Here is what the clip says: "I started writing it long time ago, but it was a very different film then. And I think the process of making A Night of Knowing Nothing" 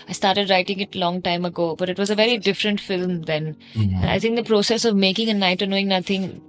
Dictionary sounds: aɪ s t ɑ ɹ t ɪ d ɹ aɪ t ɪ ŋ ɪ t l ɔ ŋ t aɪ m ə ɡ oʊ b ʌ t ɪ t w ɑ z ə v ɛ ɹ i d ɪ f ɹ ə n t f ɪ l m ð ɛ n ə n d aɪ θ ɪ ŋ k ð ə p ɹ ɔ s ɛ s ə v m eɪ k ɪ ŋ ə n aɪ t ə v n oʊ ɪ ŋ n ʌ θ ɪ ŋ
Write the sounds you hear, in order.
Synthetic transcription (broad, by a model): aɪ s t ɑ ɹ t ɪ d ɹ aɪ t ɪ ŋ ɪ t l ɔ ŋ t aɪ m ə ɡ oʊ b ʌ t ɪ t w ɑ z ə v ɛ ɹ i d ɪ f ɹ ə n t f ɪ l m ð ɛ n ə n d aɪ t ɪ ŋ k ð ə p ɹ ɔ s ɛ s ə v m eɪ k ɪ ŋ ə n aɪ t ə n oʊ ɪ ŋ n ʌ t ɪ ŋ